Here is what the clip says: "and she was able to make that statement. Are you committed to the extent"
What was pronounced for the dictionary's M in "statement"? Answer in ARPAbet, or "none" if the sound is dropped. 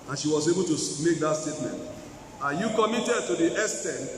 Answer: M